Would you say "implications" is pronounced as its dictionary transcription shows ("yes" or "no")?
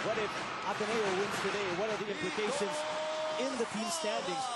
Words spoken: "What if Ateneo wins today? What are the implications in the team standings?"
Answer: yes